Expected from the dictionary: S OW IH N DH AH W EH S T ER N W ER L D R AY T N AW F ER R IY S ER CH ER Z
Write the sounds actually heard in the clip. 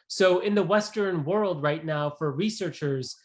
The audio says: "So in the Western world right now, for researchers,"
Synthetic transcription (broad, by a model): S OW IH N DH AH W EH S T ER N W ER L D R AY T N AW F ER R IY S ER CH ER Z